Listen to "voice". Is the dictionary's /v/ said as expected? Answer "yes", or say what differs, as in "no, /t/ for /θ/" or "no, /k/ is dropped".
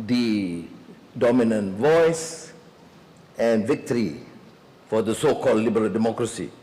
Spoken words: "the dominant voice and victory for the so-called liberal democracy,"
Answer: yes